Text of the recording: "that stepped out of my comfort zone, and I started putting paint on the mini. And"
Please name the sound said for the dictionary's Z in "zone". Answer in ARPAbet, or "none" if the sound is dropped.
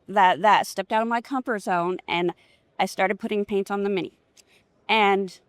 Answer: Z